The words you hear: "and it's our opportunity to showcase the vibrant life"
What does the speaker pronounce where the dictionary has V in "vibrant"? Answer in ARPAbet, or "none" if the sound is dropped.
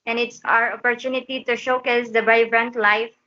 B